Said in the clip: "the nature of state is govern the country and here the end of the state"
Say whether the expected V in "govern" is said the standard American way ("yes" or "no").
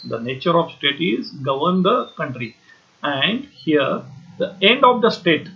yes